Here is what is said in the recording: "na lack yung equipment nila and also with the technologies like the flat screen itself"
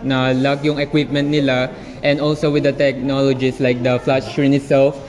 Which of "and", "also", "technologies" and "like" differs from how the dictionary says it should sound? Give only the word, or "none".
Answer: technologies